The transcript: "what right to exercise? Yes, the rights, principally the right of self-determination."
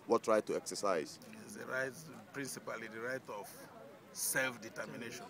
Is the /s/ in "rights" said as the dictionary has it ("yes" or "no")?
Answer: no